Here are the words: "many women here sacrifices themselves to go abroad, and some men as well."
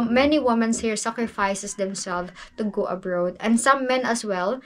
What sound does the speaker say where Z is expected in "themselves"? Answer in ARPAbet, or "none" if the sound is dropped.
none